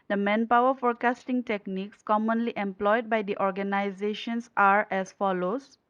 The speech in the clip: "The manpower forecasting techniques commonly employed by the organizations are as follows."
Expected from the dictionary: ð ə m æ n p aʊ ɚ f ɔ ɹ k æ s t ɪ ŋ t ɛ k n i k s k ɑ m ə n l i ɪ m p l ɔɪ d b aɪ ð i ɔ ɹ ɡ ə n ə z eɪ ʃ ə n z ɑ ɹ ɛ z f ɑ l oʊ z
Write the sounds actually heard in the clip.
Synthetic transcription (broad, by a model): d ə m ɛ n p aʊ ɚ f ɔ ɹ k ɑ s t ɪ ŋ t ɛ k n i k s k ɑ m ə n l i ɪ m p l ɔɪ d b aɪ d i ɔ ɹ ɡ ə n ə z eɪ ʃ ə n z ɑ ɹ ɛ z f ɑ l oʊ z